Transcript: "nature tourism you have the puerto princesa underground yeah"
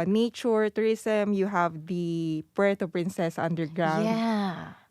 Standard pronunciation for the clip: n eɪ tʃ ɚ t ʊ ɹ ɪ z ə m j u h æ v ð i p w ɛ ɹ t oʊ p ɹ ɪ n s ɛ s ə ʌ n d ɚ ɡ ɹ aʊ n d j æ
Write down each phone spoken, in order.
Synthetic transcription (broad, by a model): n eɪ tʃ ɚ t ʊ ɹ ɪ s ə m j u h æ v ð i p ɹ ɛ t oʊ p ɹ ɪ n s ɛ s ə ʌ n d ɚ ɡ ɹ aʊ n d